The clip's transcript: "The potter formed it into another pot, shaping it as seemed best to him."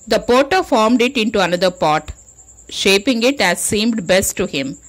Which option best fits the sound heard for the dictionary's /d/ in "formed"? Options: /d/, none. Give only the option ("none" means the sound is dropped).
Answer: /d/